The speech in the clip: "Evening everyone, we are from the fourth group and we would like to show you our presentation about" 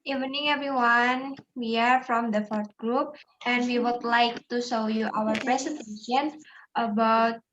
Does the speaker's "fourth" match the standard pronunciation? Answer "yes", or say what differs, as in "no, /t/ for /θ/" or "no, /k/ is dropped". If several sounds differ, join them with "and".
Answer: no, /t/ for /θ/